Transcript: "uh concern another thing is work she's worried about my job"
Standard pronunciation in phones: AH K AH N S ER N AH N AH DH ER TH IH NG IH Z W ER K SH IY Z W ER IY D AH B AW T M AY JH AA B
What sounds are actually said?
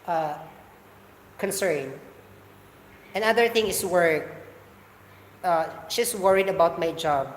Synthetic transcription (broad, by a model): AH K AH N S ER N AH N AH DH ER TH IH NG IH S W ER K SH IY S W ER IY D AH B AW T M AY JH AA B